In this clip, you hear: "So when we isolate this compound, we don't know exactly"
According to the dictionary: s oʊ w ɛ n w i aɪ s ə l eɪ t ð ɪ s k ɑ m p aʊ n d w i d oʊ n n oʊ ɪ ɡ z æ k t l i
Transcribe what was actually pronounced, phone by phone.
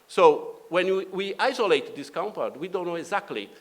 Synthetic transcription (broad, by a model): s oʊ w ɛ n w i aɪ s ə l eɪ t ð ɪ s k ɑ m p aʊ d w i d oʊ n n oʊ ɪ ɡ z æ k t l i